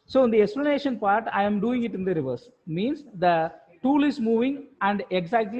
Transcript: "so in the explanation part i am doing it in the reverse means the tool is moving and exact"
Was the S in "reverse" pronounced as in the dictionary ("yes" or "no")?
yes